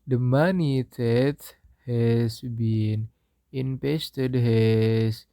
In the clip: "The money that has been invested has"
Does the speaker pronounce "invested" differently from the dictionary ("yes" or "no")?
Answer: yes